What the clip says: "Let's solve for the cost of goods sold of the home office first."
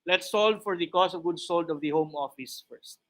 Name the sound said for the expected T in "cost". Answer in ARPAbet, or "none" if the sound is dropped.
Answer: none